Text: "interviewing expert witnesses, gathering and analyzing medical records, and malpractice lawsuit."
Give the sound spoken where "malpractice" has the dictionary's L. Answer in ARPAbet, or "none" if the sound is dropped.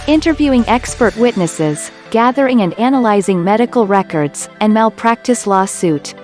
L